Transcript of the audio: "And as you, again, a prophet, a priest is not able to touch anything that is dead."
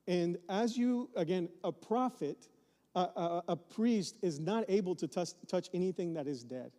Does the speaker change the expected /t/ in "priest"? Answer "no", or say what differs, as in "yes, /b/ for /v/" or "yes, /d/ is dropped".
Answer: no